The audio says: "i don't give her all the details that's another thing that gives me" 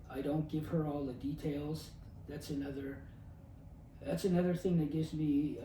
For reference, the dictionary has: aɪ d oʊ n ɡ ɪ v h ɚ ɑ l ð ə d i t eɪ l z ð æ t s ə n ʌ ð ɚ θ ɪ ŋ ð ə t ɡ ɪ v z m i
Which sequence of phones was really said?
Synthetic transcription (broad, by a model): aɪ d oʊ n ɡ ɪ v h ɚ ɑ l ð ə d i t eɪ l z ð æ t s ə n ʌ ð ɚ θ ɪ ŋ ð ə t ɡ ɪ v z m i